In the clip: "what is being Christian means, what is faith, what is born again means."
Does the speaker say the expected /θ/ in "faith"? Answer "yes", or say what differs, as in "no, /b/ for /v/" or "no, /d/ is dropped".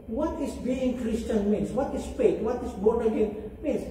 no, /t/ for /θ/